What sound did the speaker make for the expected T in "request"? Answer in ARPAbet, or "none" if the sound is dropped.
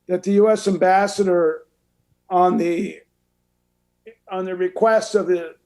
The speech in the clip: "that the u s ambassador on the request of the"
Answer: T